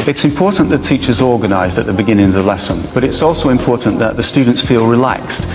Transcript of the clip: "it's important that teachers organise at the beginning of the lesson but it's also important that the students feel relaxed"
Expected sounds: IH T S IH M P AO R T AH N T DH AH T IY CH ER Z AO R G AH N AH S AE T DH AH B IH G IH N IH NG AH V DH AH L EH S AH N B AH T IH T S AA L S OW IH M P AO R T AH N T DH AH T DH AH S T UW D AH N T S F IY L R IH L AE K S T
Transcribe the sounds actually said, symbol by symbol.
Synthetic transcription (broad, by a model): IH T S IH M P AO R T N DH AH T IY CH ER Z AO R G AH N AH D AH T DH AH B IH G IH N IH NG AH V DH AH L EH S AH N B AH T IH T S AA L S OW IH M P AO R T N DH AH T DH AH S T UW D N T S F IY L R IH L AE K S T